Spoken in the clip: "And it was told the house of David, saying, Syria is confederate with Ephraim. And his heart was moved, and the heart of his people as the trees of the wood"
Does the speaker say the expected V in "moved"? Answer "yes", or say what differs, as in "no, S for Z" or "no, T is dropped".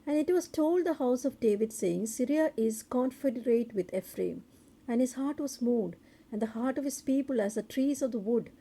no, V is dropped